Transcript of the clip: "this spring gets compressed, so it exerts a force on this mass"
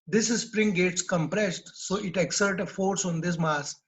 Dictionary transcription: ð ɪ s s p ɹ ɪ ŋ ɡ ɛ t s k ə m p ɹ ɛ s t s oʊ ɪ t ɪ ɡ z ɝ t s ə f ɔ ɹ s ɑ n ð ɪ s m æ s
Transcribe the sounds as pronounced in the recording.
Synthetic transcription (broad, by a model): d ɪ s s p ɹ ɪ ŋ ɡ ɛ t s k ə m p ɹ ɛ s t s oʊ ɪ t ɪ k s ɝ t ə f ɔ ɹ s ɑ n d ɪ s m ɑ s